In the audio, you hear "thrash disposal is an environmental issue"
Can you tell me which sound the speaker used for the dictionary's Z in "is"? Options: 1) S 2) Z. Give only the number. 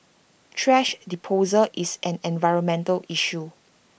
1